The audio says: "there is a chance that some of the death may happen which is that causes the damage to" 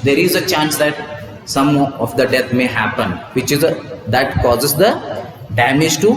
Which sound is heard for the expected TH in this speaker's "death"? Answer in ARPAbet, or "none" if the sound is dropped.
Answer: T